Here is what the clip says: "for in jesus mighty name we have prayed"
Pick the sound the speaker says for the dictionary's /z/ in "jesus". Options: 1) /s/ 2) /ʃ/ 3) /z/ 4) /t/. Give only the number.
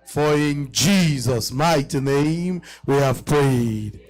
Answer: 3